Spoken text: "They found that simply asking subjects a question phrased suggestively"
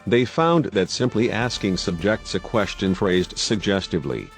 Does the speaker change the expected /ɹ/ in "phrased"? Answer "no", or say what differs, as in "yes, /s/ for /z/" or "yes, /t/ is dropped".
no